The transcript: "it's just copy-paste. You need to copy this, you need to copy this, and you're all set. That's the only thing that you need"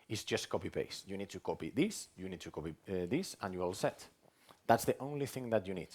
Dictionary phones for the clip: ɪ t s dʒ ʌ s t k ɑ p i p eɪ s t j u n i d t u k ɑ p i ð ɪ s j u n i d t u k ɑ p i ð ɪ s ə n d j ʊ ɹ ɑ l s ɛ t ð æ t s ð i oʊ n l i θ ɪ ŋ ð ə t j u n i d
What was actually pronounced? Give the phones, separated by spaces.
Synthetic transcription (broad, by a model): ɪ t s dʒ ʌ s t k ɑ p i p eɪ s j u n i d t u k ɑ p i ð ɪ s j u n i d t u k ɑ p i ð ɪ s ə n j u ɑ l s ɛ t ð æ t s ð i oʊ n l i θ ɪ ŋ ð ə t j u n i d